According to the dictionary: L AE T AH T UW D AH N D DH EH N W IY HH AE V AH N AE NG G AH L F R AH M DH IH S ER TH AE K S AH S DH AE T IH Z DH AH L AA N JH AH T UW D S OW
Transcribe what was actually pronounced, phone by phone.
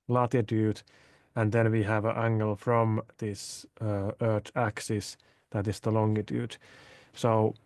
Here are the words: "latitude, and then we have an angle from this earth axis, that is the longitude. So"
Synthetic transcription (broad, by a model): L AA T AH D UW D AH N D DH EH N W IY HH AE V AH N AE NG G AH L F R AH M DH IH S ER T AE K S AH S DH AE T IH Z DH AH L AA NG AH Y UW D S OW